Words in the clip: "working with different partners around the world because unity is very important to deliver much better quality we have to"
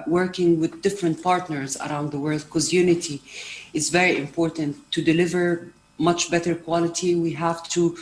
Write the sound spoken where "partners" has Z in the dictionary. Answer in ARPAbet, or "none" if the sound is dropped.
Z